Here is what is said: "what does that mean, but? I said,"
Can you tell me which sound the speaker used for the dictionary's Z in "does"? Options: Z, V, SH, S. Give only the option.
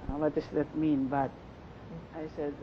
S